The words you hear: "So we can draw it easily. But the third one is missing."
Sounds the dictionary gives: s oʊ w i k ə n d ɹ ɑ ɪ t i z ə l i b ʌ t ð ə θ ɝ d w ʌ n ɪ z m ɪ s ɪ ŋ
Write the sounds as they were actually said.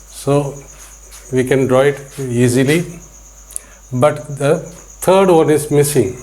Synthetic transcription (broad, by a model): s oʊ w i k ə n d ɹ ɑ ɪ t i z ə l i b ʌ t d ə t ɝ d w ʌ n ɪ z m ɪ s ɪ ŋ